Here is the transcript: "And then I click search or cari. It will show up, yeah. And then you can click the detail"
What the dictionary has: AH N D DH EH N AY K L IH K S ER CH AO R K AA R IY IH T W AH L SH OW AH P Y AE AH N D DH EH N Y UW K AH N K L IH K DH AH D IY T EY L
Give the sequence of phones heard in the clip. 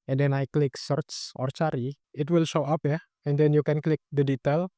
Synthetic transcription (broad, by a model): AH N D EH N AY K L IH K S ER S AO R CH AA R IY IH T W AH L SH OW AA P Y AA AH N D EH N Y UW K AH N K L IH K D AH D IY T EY L